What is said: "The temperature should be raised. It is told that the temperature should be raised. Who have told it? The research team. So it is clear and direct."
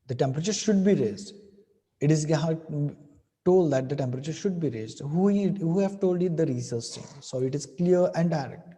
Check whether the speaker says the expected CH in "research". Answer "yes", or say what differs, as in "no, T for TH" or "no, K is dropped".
no, S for CH